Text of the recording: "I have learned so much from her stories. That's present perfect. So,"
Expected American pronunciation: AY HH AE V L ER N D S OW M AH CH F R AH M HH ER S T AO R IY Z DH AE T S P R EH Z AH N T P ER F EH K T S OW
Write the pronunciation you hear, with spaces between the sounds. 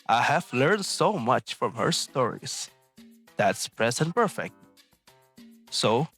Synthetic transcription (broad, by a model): AY HH AE V L ER N D S OW M AH CH F R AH M HH ER S T AO R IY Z DH AE T S P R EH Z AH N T P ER F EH K T S OW